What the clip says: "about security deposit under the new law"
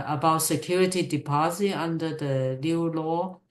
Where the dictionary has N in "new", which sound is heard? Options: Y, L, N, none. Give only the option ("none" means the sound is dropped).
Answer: L